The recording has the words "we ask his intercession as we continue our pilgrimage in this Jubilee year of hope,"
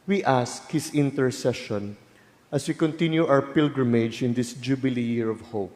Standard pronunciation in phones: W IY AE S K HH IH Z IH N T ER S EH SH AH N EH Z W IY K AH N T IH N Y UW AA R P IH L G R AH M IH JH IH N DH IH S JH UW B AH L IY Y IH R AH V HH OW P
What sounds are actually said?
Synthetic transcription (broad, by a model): W IY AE S K HH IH S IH N T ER S EH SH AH N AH S W IY K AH N T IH N Y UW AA W P IH L G R AH M IH JH IH N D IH S JH UW B AH L IY Y IH R AH V HH OW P